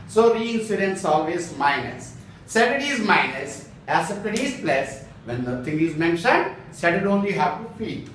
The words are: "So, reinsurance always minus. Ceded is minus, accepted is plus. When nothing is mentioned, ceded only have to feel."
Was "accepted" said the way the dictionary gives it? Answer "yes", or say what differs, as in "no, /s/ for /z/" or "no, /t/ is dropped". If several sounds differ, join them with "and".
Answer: no, /k/ is dropped